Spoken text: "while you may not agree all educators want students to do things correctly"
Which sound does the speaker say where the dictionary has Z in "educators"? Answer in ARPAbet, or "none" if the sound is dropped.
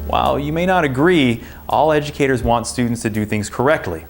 Z